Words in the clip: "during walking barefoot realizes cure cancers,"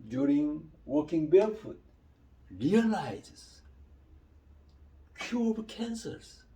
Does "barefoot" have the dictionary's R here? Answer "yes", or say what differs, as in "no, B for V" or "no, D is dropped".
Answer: no, L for R